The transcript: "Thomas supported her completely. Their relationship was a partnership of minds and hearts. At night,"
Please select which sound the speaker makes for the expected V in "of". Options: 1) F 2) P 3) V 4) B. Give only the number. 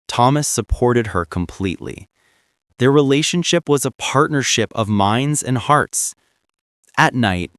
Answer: 3